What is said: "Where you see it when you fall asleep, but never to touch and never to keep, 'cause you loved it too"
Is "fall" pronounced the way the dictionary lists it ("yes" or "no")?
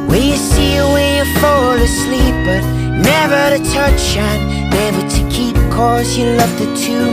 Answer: no